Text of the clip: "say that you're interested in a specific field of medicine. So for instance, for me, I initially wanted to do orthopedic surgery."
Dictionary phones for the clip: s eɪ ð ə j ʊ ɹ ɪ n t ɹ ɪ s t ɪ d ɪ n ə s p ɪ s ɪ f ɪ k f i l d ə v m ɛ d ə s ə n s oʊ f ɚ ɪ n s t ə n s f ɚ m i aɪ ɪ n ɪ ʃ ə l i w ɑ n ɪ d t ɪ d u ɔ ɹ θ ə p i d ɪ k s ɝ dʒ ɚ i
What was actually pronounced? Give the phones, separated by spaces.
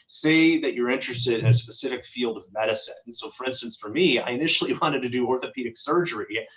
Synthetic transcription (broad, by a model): s eɪ ð ə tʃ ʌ ɹ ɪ n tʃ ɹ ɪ s t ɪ d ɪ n ə s p ɪ s ɪ f ɪ k f i l d ə v m ɛ d ə s ə n s oʊ f ɚ ɪ n s t ə n s f ɚ m i aɪ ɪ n ɪ ʃ l i w ɑ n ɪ d t ɪ d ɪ ɔ ɹ θ ə p i d ɪ k s ɝ dʒ ɚ i